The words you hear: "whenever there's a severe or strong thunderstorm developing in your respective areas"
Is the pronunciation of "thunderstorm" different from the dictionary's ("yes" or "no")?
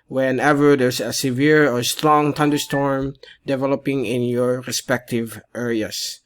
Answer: yes